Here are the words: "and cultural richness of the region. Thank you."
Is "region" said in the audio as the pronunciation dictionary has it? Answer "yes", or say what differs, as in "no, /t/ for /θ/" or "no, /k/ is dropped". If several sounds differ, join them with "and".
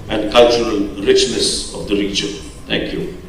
no, /tʃ/ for /dʒ/